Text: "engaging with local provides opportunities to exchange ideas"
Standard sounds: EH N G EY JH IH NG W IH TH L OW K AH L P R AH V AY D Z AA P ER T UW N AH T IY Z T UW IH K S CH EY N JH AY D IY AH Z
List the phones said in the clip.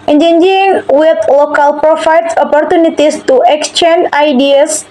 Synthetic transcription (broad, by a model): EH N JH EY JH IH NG W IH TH L OW K AH L P R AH F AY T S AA P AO T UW N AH T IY S T UW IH K S CH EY N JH AY D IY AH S